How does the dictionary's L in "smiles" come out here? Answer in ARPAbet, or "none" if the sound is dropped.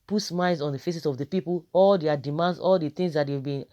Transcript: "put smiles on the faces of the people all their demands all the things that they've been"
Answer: none